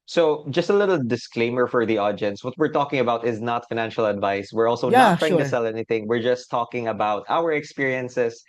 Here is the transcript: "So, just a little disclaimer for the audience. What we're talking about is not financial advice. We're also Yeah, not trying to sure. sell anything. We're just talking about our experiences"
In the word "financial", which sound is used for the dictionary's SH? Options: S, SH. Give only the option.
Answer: SH